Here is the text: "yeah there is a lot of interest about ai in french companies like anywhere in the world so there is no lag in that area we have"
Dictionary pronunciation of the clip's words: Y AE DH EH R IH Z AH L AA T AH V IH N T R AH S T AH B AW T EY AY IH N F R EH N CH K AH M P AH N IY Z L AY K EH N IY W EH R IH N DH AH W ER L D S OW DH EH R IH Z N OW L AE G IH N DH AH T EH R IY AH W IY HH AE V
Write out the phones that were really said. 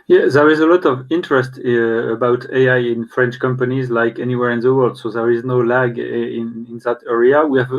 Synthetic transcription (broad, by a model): Y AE DH EH R IH Z AH L AA T AH V IH N T R AH S T AH B AW T EY AY IH N F R EH N CH K AH M P AH N IY Z L AY K EH N IY W EH R IH N DH AH W ER L D S OW DH EH R IH Z N OW L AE G IH N DH AH T EH R IY AH W IY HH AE V